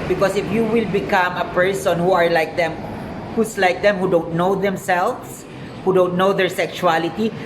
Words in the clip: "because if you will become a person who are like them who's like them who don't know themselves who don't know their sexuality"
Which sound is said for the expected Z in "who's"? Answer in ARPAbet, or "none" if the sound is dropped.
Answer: S